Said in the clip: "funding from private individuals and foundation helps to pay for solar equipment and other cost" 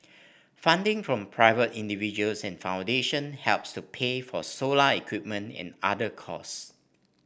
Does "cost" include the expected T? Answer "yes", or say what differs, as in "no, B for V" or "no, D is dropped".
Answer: no, T is dropped